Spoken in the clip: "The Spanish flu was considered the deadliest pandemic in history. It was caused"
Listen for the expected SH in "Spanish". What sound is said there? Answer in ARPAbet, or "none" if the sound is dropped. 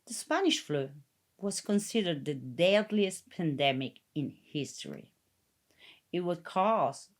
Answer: SH